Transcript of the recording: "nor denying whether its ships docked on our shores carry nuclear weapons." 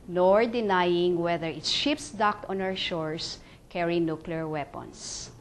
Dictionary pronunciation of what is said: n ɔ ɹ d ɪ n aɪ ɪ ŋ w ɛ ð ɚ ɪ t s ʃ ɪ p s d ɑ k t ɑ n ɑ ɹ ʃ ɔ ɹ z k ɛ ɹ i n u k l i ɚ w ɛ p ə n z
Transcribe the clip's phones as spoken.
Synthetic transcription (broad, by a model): n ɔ ɹ d ɪ n aɪ ɪ ŋ w ɛ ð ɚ ɪ t s ʃ ɪ p s d ɑ k t ɑ n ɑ w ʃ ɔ ɹ s k ɛ ɹ i n u k l i ɚ w ɛ p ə n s